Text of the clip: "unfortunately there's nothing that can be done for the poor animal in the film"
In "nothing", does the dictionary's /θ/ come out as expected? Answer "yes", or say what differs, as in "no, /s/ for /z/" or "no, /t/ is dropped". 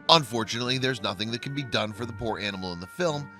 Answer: yes